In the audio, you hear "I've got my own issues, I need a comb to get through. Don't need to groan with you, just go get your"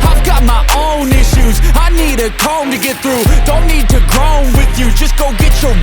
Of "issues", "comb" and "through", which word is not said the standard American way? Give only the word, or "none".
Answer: none